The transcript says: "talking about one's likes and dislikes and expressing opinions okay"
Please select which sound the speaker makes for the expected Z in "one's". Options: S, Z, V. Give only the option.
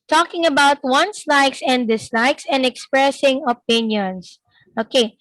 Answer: S